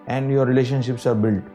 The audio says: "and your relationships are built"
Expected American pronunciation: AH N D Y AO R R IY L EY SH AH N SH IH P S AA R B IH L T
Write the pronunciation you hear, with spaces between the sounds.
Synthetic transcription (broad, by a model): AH N D Y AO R R IY L EY SH AH N SH IH P S AA R B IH L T